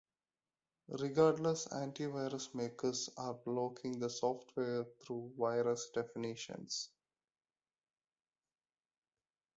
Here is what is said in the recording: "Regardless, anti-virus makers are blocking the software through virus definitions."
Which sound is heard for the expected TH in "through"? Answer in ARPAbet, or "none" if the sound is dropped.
T